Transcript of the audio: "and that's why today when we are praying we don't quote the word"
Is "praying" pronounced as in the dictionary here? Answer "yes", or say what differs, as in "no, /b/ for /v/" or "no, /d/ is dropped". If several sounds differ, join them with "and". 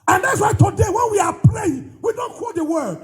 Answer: no, /l/ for /ɹ/